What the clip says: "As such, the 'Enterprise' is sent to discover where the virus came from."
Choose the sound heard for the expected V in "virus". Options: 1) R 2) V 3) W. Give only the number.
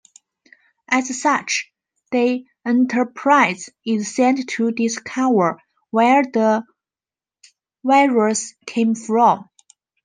3